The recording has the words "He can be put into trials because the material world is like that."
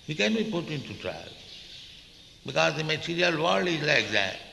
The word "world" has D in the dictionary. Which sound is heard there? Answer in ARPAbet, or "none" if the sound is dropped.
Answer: none